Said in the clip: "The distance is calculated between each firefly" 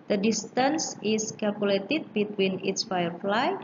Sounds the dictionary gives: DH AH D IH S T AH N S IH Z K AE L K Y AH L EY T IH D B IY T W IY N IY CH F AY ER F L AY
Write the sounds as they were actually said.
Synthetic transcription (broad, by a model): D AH D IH S T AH N S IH S K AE L K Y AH L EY T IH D B IY T W IY N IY S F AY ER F L AY